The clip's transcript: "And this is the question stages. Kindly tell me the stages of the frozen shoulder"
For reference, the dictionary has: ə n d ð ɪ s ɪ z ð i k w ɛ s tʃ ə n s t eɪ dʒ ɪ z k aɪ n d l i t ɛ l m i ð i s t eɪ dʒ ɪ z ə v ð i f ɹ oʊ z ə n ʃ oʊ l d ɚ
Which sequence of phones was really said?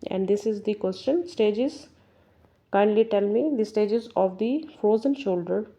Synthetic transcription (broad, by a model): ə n d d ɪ s ɪ z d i k w ɛ s tʃ ə n s t eɪ dʒ ɪ z k aɪ n d l i t ɛ l m i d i s t eɪ dʒ ɪ z ə v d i f oʊ z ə n ʃ oʊ l d ɚ